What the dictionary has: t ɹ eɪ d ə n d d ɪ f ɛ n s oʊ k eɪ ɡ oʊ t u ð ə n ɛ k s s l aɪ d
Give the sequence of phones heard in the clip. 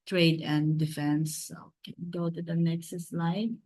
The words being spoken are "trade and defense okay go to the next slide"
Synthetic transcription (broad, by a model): t ɹ eɪ d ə n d d ɪ f ɛ n s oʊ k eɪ ɡ oʊ t u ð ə n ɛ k s s l aɪ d